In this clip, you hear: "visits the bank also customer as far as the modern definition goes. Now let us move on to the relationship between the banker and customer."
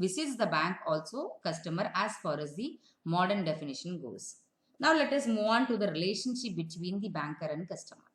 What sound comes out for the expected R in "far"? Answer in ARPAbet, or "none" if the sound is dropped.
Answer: R